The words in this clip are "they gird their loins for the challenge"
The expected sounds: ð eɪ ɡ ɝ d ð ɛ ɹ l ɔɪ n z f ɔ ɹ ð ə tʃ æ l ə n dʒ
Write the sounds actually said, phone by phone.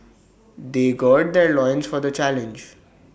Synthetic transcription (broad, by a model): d eɪ ɡ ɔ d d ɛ ɹ l ɔɪ n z f ɔ ɹ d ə tʃ æ l ə n dʒ